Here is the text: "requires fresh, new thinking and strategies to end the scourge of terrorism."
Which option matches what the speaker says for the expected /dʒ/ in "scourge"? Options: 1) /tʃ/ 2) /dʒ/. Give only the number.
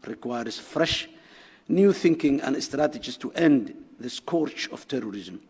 1